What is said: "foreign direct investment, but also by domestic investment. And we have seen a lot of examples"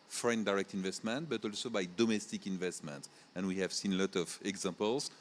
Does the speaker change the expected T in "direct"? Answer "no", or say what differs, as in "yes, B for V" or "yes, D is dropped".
no